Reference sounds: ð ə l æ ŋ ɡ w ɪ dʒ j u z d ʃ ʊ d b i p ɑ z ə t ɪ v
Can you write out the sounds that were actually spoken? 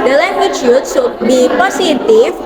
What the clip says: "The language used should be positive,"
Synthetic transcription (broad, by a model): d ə l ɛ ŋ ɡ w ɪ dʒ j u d s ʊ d b i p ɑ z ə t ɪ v